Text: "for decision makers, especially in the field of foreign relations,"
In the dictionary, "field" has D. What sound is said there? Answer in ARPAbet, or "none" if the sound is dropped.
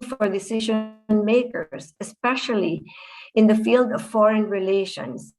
D